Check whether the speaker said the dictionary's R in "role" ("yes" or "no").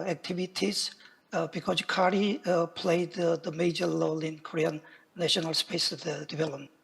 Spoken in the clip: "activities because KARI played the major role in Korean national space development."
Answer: no